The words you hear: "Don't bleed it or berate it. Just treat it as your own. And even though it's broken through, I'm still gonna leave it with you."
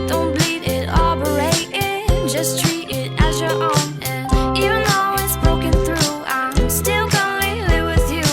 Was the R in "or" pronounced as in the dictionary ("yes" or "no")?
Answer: no